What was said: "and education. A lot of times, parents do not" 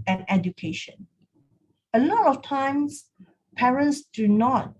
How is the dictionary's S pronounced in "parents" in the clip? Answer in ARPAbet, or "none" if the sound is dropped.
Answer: S